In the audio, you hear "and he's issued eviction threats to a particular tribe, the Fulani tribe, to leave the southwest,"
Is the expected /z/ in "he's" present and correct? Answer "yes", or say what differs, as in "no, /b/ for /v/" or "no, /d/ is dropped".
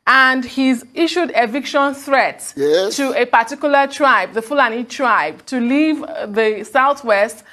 yes